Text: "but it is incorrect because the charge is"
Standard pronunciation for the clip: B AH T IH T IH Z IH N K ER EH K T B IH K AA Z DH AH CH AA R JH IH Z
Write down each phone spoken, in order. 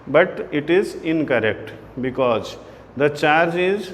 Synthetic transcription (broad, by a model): B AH T IH T IH Z IH N K ER EH K T B IH K AA Z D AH CH AA R JH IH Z